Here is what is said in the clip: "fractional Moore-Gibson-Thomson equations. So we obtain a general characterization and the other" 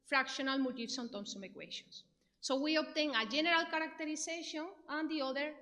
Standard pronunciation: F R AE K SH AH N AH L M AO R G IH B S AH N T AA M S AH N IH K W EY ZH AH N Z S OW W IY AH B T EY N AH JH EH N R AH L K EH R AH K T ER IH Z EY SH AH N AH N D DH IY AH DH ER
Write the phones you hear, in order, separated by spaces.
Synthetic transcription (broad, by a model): F R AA K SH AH N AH L M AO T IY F S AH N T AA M S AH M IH K W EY SH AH N S OW W IY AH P T EY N AH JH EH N R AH L K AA R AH K T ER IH S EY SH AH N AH N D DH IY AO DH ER